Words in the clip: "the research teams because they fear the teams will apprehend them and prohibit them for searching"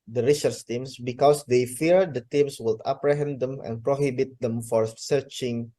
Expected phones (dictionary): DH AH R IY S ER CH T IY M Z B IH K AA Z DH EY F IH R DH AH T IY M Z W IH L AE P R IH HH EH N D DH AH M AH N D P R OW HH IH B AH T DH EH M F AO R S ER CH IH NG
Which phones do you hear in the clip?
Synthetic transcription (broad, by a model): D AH R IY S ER S T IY M S B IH K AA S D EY F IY R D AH T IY M S W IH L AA P R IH HH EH N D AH M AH N P R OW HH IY B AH T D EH M F AO R S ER CH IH NG